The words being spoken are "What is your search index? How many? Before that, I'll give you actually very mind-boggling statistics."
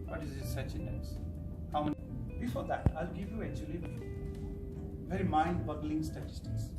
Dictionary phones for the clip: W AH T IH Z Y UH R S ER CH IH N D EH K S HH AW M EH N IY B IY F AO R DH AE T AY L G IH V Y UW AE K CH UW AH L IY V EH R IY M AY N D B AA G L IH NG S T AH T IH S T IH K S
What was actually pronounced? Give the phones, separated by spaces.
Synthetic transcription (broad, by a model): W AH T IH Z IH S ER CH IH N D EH S HH AW M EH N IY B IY F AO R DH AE T AY L G IH V Y UW AE K CH UW AH L IY V EH R IY M AY N D B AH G L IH NG S T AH T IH S T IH K S